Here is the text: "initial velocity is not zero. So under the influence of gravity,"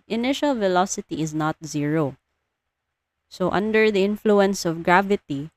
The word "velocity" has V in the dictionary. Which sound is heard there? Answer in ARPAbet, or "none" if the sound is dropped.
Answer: V